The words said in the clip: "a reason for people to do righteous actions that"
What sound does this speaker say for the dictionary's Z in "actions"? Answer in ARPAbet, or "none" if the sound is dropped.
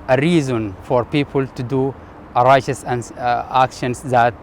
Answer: S